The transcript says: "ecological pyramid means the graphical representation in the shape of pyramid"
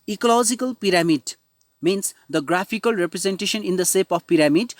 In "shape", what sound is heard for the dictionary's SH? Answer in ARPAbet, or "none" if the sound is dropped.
S